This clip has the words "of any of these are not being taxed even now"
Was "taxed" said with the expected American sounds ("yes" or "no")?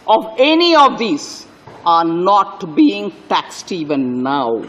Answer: yes